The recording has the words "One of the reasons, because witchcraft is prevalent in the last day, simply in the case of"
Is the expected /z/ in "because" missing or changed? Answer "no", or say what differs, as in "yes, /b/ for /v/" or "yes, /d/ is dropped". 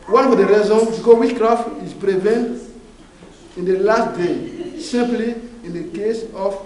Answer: yes, /z/ is dropped